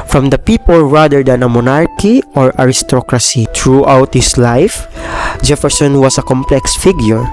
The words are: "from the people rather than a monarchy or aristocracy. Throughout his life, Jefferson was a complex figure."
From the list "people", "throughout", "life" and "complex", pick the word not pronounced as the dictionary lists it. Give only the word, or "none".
throughout